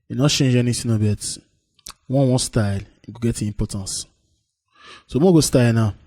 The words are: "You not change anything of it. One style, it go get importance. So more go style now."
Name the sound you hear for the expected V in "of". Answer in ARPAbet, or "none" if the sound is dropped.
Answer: B